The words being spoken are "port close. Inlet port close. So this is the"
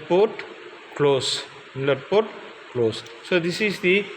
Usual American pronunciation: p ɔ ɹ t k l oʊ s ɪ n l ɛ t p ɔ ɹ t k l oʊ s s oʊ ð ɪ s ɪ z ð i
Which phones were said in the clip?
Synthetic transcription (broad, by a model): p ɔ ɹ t k l oʊ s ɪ l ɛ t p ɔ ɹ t k l oʊ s s oʊ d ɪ s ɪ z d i